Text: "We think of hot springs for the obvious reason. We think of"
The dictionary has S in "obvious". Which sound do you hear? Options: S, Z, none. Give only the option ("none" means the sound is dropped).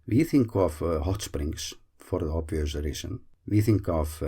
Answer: none